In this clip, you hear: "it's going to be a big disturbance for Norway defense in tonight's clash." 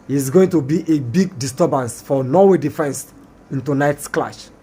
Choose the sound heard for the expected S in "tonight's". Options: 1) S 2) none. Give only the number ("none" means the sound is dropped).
1